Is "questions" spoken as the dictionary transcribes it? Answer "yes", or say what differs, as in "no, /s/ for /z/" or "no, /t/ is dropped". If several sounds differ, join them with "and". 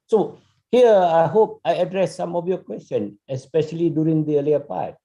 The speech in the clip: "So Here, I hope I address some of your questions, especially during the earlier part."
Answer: no, /z/ is dropped